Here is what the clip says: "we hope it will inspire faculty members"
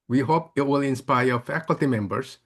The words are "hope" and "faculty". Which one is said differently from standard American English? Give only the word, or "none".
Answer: none